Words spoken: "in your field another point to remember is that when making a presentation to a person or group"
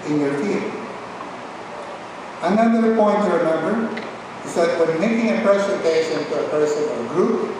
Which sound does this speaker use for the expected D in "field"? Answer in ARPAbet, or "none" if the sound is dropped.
none